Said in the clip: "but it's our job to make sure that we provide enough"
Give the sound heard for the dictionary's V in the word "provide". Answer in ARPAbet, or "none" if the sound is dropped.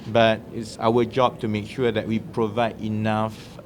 V